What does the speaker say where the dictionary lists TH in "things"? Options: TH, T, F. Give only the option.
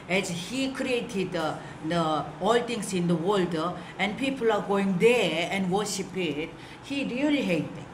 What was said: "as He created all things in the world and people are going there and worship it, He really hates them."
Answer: T